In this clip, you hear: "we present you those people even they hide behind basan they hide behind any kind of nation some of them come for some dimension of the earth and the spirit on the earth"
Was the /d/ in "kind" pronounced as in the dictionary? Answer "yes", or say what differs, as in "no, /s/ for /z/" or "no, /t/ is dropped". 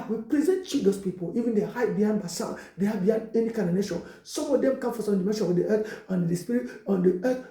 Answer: no, /d/ is dropped